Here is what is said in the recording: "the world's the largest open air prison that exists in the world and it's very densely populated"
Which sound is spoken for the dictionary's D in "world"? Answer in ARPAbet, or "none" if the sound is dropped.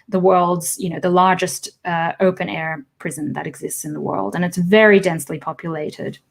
D